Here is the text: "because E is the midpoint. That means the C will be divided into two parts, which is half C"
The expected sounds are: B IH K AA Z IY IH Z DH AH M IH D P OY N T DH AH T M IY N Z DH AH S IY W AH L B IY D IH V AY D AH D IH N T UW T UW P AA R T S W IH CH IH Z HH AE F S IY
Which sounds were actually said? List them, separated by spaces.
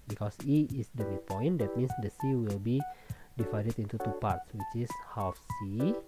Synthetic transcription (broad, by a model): B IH K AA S IY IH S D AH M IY P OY N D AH T M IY N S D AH S IY W AH L B IY D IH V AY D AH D IH N T UW T UW P AA R T S W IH CH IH S HH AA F S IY